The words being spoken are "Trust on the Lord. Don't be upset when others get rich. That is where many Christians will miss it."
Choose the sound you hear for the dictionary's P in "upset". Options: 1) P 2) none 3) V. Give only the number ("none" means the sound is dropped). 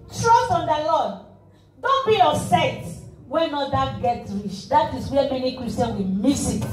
2